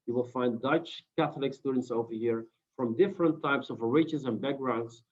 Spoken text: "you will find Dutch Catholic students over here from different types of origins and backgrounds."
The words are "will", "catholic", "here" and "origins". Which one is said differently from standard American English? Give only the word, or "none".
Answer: origins